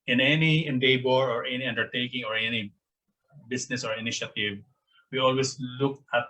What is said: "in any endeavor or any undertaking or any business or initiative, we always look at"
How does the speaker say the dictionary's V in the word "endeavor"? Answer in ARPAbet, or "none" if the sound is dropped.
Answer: B